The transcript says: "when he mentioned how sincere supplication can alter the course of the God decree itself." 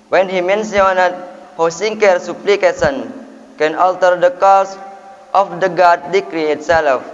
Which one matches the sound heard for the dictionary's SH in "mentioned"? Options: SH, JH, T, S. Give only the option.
S